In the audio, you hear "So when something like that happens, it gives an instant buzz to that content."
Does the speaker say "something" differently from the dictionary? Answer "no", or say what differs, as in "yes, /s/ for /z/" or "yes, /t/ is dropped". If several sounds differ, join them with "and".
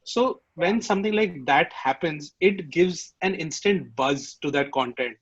yes, /t/ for /θ/